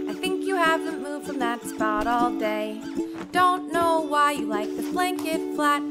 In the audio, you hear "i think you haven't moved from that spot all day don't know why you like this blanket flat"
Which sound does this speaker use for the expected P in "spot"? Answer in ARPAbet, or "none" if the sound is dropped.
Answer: P